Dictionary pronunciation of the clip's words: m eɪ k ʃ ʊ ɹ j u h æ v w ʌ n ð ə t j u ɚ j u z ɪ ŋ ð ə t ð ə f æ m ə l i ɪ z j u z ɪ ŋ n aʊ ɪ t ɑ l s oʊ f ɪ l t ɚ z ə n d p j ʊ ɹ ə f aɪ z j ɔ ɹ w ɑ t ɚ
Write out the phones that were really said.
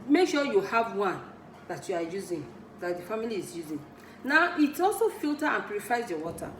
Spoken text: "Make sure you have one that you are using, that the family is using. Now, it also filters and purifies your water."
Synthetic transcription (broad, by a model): m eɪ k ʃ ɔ j u h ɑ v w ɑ n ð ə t j u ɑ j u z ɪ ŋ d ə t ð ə f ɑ m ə l i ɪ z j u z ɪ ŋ n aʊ ɪ t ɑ s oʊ f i l t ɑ ə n p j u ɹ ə f aɪ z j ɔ w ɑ t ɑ